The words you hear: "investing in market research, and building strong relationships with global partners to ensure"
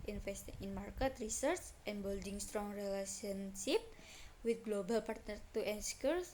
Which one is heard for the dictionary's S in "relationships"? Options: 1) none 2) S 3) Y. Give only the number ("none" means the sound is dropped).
1